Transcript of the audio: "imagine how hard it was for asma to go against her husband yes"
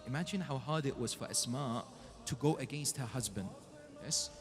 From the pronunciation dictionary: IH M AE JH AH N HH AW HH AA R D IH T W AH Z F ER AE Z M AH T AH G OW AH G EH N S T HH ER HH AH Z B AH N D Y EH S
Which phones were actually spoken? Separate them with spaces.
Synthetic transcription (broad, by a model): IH M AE JH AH N HH AW HH AA R D IH T W AH Z F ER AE S M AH T AH G OW AH G EH N S T HH ER HH AH Z B AH N D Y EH S